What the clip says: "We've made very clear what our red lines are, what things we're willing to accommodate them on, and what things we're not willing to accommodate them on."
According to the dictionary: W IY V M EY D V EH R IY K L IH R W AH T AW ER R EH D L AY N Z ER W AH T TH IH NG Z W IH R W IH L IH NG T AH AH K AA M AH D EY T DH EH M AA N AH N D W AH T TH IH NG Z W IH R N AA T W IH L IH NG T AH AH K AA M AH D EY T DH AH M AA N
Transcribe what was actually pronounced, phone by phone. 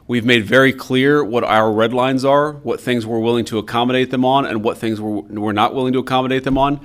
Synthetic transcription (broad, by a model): W IY V M EY D V EH R IY K L IH R W AH T AW ER R EH D L AY N Z ER W AH T TH IH NG Z W IH R W IH L IH NG T AH AH K AA M AH D EY T DH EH M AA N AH N W AH T TH IH NG Z W IH R N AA T W IH L IH NG T AH AH K AA M AH D EY T DH AH M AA N